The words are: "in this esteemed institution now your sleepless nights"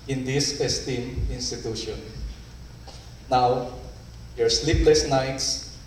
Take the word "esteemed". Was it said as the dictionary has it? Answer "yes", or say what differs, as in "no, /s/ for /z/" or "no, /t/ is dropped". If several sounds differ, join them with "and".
no, /d/ is dropped